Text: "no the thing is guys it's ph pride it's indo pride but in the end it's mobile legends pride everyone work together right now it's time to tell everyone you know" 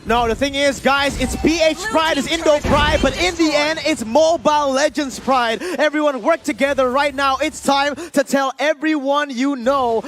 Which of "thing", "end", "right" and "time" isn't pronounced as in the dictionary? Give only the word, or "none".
none